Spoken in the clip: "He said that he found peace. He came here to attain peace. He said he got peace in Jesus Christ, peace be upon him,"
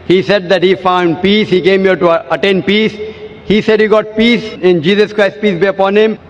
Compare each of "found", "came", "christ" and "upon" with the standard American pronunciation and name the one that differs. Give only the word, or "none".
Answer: none